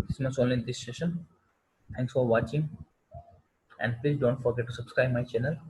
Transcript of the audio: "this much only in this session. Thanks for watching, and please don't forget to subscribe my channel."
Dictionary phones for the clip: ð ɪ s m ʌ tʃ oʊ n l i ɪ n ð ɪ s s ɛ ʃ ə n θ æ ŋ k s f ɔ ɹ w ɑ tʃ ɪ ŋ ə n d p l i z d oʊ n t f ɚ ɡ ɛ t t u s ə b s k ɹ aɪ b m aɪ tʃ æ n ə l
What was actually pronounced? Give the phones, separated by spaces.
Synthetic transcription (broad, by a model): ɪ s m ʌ s oʊ n l i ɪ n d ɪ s s ɛ ʃ ə n t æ ŋ k s f ɔ ɹ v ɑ tʃ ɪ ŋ ə n d p l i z d oʊ n t f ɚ ɡ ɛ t t u s ə b s k ɹ aɪ b m aɪ tʃ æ n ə l